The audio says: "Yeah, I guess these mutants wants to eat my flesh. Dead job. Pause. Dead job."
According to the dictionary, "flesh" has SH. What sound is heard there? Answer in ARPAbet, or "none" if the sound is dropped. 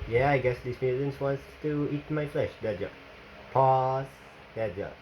SH